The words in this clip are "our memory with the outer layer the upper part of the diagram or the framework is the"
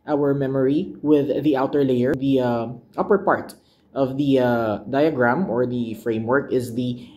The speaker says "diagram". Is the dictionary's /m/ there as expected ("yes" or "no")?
yes